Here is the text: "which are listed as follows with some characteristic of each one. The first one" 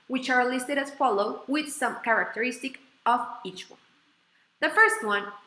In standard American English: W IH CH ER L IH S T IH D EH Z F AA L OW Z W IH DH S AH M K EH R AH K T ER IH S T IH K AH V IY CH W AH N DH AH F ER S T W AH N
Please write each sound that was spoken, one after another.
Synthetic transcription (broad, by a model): W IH CH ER L IH S T IH D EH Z F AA L OW W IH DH S AH M K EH R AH K T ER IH S T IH K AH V IY CH W AH N DH AH F ER S T W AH N